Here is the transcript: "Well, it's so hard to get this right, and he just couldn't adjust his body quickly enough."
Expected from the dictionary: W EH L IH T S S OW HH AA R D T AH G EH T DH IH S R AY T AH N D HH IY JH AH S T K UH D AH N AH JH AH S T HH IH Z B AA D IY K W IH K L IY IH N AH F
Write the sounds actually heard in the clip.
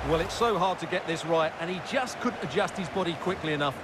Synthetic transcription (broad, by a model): W EH L IH T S S OW HH AA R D T AH G EH T DH IH S R AY T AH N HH IY JH AH S K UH D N AH JH AH S T HH IH Z B AA D IY K W IH K L IY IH N AH F